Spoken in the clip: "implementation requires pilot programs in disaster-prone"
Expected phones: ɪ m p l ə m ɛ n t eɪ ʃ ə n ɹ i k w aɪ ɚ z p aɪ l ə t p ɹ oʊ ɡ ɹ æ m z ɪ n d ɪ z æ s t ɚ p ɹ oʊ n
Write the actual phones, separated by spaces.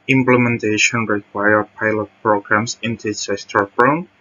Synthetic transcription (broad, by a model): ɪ m p l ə m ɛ n t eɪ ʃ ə n ɹ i k w aɪ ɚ p aɪ l ə t p ɹ oʊ ɡ ɹ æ m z ɪ n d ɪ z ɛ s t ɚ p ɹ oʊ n